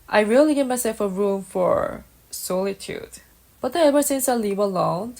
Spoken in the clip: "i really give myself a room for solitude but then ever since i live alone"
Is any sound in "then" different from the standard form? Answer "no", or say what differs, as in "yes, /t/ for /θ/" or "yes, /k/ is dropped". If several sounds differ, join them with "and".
yes, /n/ is dropped